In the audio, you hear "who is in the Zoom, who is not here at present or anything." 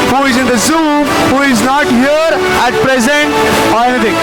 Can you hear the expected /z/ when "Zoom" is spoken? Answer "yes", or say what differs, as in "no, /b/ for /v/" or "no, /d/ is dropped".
yes